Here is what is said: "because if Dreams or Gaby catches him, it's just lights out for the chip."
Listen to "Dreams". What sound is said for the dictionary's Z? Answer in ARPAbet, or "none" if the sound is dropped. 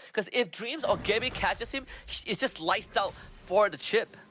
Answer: Z